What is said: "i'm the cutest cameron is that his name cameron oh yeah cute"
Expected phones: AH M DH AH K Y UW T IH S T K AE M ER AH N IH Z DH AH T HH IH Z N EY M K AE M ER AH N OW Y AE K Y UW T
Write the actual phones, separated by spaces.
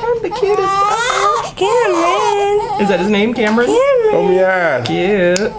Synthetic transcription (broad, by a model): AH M DH AH K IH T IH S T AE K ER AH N IH Z DH AH T HH IH Z N EY M K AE M ER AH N OW Y AE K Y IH